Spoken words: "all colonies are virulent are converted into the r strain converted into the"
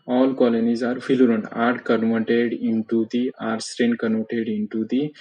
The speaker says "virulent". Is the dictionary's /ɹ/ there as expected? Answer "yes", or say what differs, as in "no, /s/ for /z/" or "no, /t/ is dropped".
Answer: no, /l/ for /ɹ/